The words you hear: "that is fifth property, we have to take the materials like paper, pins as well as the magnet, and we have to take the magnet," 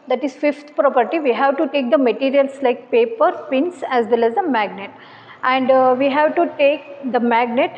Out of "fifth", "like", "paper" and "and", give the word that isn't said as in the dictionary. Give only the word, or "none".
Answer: fifth